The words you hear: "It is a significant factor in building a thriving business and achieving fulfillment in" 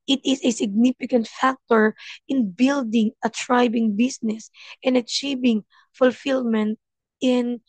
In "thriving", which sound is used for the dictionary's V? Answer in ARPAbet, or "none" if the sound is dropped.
B